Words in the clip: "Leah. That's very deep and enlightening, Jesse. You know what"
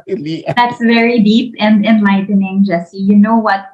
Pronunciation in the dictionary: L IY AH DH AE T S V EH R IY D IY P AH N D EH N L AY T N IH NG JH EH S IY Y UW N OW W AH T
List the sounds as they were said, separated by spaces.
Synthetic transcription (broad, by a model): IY DH AE T S V EH R IY D IY P AH N D EH N L AY T N IH NG JH EH S IY Y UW N OW W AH T